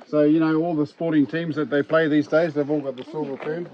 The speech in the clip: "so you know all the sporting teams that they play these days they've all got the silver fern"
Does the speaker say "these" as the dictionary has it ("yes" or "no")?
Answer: yes